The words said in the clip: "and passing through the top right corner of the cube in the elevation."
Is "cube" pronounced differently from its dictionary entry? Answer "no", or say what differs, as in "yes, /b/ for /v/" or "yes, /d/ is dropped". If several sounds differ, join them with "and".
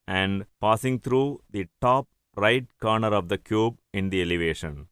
no